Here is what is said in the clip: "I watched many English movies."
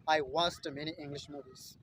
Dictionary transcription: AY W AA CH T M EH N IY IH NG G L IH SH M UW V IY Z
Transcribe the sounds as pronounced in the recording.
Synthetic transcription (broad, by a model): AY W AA S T M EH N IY IH NG G L IH SH M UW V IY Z